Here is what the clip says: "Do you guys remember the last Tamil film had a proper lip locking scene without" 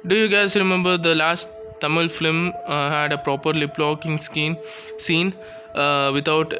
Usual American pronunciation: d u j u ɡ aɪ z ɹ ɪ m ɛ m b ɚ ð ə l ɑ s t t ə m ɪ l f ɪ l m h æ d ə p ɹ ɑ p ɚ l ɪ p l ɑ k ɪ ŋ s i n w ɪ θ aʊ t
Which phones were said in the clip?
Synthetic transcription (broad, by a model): d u j u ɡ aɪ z ɹ ɪ m ɛ m b ɚ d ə l ɑ s t t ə m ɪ l f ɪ m h æ d ə p ɹ ɑ p ɚ l ɪ p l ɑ k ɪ ŋ s i n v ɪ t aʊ t